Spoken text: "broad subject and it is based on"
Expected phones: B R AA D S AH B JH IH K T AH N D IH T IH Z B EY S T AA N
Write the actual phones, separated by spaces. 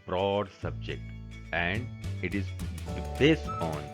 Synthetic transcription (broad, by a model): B R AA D S AH B JH IH K T AH N D IH T IH Z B EY S AA N